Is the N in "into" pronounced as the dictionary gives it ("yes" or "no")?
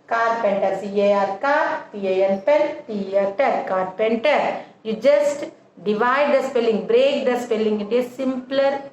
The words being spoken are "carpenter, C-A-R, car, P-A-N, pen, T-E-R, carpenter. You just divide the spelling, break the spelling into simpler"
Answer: no